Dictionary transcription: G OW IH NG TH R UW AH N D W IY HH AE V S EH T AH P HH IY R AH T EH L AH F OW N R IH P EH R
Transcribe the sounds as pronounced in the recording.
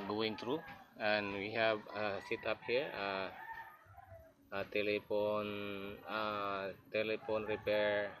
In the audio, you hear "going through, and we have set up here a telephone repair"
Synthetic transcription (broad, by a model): G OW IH NG T R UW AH N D W IY HH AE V S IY T AH P HH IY R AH T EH L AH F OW N R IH P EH R